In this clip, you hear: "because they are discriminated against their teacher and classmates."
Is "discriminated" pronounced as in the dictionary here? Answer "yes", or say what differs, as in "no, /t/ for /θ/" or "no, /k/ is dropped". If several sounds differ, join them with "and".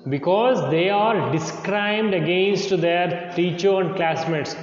no, /m/ is dropped